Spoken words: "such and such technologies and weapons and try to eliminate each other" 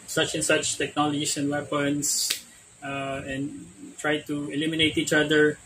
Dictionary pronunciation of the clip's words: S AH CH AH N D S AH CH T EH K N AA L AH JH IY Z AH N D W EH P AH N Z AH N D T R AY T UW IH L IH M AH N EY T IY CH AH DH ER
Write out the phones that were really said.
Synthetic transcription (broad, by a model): S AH CH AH N S AH CH T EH K N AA L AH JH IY S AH N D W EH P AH N S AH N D T R AY T UW IH L IH M AH N EY T IY CH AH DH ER